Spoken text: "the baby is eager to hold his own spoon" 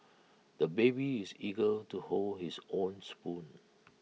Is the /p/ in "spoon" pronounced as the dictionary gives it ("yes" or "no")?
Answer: yes